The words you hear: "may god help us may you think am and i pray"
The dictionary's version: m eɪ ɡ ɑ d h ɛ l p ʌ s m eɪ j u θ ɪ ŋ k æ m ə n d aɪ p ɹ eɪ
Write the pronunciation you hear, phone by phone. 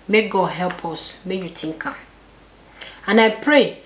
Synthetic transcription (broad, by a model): m eɪ ɡ ɑ d h ɛ l p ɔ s m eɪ j u t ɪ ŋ k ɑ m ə n aɪ p ɹ eɪ